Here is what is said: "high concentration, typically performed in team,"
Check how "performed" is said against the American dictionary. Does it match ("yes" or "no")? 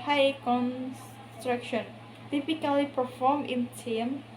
no